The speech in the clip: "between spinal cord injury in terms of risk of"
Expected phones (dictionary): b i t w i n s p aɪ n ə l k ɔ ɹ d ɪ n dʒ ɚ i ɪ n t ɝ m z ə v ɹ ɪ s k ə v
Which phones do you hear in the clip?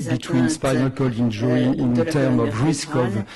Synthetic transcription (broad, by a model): b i t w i n s p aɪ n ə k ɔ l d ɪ n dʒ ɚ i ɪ n t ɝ m ə v ɹ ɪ s k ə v